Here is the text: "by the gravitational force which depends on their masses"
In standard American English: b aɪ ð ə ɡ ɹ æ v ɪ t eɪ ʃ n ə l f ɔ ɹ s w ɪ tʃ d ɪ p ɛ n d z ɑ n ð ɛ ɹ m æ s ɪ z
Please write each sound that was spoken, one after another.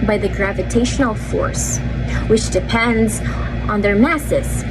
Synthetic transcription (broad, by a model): b aɪ ð ə ɡ ɹ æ v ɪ t eɪ ʃ n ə l f ɔ ɹ s w ɪ tʃ d ɪ p ɛ n d z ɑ n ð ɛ ɹ m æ s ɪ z